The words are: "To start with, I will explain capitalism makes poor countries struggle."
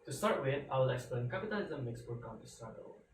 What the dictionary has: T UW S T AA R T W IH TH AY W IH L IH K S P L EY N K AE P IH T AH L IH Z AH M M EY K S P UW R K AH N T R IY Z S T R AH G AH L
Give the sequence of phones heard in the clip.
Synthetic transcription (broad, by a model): T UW S T AA R T W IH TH AY W IH L IH K S P L EY N K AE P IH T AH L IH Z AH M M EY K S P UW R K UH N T IY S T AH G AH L